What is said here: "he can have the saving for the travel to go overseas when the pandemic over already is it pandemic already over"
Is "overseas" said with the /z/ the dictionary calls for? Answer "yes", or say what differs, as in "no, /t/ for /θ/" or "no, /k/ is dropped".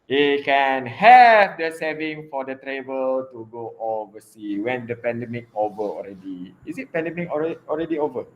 no, /z/ is dropped